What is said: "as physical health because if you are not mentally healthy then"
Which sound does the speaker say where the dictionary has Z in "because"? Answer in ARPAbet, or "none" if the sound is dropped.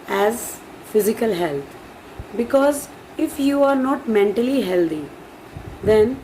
Z